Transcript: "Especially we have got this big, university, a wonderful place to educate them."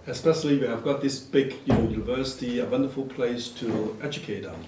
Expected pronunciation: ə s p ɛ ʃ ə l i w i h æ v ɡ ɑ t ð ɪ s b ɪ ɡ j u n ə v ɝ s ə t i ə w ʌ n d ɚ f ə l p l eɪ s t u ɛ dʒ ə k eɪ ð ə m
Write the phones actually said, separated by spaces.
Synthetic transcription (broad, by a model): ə s p ɛ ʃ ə l i w i h æ v ɡ ɑ t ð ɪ s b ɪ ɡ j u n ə v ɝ s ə t i ə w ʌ n d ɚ f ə l p l eɪ s t u ɛ dʒ ə k eɪ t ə